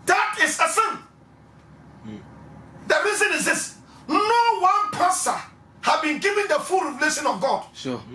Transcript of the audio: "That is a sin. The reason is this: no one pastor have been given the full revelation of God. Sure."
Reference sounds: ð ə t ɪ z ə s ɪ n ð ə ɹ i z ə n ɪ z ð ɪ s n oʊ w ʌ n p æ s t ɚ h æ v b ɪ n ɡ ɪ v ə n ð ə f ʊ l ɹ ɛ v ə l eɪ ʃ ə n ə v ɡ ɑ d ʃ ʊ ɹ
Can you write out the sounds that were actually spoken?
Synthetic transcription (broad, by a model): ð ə t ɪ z ə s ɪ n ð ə ɹ i z ə n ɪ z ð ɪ s n oʊ w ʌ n p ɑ s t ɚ h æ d b ɪ n ɡ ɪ v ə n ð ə f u l ɹ ɛ v ə l eɪ ʃ ə n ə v ɡ ɑ d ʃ